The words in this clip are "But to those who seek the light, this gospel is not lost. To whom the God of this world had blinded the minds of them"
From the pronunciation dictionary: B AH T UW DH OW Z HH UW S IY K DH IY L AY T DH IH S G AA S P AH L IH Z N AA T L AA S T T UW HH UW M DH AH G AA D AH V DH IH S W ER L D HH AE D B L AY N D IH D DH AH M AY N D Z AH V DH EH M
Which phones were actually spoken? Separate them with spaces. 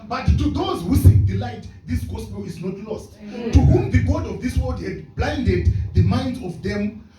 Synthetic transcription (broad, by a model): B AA T UW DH OW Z HH UW S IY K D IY L AY T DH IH S G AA S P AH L IH Z N AA T L AA S T T UW HH UW M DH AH G AA D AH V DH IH S W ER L D HH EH D B L AY N D IH D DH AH M AY N D Z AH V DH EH M